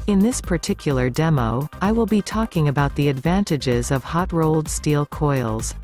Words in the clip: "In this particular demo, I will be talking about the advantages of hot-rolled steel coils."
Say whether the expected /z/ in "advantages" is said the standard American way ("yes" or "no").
yes